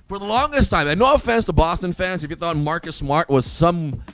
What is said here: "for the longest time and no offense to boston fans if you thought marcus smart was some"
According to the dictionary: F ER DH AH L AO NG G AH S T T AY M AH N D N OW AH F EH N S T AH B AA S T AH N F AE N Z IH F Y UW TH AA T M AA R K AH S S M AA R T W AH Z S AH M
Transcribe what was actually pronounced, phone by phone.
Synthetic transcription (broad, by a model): F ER DH AH L AO NG G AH S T T AY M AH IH N OW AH F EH N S T AH B AA S T AH N F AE N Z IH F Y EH T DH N M AA R K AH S S M AA R T W AH Z S AH M